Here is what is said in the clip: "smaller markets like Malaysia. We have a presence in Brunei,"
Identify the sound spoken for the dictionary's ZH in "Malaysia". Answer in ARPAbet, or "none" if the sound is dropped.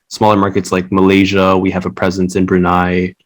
ZH